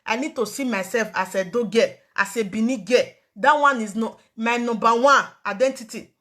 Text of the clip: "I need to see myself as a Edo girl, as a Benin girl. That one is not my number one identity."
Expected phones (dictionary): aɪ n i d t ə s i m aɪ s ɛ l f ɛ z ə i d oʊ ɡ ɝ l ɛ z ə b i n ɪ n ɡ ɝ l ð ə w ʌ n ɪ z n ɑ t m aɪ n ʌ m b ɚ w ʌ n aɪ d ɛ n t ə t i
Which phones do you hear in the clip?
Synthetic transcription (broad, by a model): aɪ n i d t ə s i m aɪ s ɛ l f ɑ s ə d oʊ ɡ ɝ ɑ s ə b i n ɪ ɡ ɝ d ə w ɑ n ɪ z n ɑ m aɪ n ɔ b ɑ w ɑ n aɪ d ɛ n t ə t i